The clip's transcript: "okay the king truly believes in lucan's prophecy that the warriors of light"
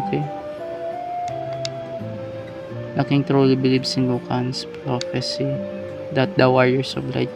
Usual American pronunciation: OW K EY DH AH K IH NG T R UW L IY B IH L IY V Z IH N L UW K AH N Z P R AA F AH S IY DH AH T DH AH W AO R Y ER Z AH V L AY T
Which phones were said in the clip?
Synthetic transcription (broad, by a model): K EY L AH K IH NG T R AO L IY B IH L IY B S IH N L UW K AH N S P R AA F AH S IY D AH T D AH W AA R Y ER S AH B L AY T